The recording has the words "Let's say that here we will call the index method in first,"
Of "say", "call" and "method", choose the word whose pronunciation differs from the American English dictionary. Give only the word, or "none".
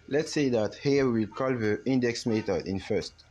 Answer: method